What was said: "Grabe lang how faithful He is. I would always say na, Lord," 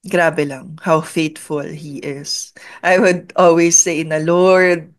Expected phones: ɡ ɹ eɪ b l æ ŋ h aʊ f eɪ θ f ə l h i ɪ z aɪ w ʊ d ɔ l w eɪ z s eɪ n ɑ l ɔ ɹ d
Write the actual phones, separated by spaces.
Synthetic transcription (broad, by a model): ɡ ɹ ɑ b l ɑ ŋ h aʊ f eɪ t f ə l h i ɪ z aɪ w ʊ d ɔ l w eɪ s eɪ n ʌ l ɔ ɹ d